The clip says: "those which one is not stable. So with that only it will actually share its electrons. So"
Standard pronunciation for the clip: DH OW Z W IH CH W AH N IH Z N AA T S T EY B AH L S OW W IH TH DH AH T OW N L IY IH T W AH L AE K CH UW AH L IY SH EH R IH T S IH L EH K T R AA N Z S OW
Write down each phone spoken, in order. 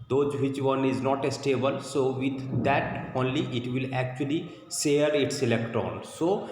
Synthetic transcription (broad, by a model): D OW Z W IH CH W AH N IH Z N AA T S T EY B AH L S OW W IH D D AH T OW N L IY IH T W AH L AE K CH UW AH L IY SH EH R IH T S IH L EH K T AA N S OW